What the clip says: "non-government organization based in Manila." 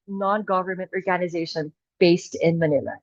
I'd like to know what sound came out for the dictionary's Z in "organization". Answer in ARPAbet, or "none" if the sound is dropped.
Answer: Z